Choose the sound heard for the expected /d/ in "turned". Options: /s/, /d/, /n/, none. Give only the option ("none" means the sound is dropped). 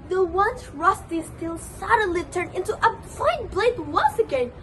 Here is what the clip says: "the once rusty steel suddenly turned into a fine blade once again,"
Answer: none